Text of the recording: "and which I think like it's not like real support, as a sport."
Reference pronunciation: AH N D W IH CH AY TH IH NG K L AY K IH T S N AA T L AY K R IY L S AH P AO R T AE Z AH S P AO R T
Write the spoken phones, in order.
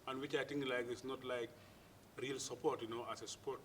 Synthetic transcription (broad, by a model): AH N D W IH CH AY T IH NG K L AY K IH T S N AA T L AY K R IY L S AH P AO R T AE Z AH S P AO R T